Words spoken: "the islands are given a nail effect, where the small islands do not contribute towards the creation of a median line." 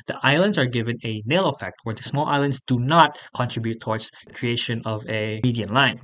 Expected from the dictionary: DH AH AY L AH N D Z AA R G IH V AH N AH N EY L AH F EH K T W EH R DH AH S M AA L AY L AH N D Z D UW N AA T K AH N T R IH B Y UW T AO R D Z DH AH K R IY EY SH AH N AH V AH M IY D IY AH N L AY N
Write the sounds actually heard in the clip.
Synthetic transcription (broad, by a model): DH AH AY L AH N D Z AA R G IH V AH N AH N EY L AH F EH K T W EH R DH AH S M AA L AY L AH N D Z D UW N AA T K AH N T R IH B Y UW T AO R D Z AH K R IY EY SH AH N AH V AH M IY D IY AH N L AY N